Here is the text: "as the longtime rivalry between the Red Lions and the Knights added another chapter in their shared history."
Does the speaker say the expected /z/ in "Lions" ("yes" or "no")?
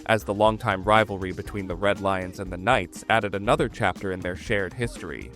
yes